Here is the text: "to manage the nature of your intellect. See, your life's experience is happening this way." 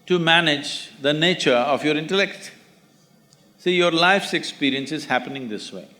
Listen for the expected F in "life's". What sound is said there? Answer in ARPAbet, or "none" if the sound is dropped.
F